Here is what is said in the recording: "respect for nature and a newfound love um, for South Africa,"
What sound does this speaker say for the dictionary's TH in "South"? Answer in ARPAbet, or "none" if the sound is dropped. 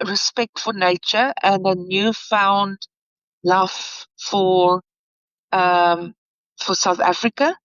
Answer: TH